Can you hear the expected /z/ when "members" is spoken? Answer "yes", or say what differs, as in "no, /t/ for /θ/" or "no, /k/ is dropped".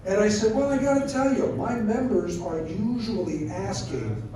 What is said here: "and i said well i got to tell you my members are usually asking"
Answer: yes